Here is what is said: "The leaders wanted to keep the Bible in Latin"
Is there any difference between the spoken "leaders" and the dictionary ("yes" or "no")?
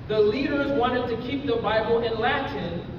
no